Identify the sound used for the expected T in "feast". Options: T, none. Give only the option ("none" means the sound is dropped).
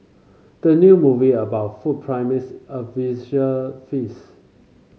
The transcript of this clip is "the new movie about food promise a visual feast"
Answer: none